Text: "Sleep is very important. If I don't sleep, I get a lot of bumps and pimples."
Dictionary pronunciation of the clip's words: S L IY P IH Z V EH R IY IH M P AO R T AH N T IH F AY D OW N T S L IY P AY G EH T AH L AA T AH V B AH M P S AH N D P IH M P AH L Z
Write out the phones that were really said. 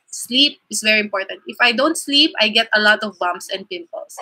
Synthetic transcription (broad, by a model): S L IY P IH S V EH R IY IH M P AO R T AH N T IH F AY D OW N T S L IY P AY G EH T AH L AA T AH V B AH M S AH N D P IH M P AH L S